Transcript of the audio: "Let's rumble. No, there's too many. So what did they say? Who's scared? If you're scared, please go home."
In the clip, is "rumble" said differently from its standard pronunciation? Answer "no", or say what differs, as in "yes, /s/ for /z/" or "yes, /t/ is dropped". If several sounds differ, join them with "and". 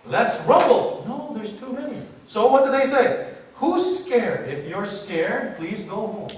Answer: yes, /m/ is dropped